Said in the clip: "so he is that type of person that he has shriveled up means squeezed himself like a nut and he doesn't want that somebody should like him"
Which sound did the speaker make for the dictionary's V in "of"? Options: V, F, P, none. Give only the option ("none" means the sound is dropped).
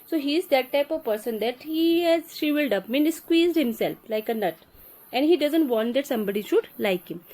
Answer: V